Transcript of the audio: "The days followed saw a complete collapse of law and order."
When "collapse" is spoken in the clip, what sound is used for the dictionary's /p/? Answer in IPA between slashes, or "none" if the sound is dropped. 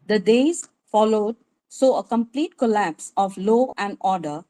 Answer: /p/